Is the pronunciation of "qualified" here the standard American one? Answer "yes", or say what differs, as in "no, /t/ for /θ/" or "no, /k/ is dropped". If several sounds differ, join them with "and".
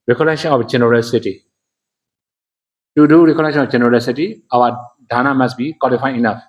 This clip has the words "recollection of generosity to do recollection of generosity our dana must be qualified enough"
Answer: no, /d/ is dropped